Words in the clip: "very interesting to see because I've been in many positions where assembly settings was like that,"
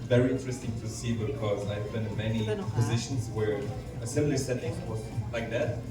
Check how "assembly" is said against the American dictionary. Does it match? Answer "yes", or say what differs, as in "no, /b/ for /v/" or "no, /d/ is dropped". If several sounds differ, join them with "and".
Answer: no, /b/ is dropped